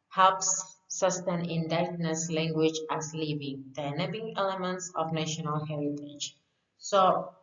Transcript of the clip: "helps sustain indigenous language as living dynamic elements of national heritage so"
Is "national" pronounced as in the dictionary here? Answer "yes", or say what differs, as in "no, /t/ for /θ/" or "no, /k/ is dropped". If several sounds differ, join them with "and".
yes